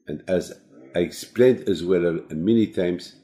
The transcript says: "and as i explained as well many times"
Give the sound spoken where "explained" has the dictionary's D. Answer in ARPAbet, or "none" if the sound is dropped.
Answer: D